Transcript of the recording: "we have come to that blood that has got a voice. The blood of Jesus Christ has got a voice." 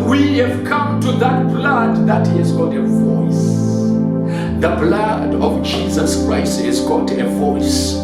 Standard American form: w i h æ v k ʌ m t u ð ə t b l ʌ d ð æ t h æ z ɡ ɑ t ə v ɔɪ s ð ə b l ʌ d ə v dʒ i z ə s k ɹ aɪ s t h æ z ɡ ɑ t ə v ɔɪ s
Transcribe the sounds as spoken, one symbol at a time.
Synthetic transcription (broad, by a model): w i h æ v k ʌ m t u ð ə t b l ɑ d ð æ t h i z ɡ ɑ t ə v ɔɪ s ð ə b l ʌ d ə v dʒ i z ə s k ɹ aɪ s t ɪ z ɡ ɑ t ə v ɔɪ s